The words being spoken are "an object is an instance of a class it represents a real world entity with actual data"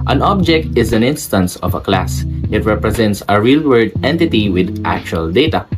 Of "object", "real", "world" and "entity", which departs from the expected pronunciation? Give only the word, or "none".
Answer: world